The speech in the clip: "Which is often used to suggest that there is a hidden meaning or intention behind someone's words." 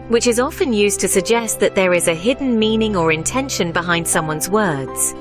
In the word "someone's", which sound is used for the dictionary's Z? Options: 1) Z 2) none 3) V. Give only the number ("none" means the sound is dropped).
1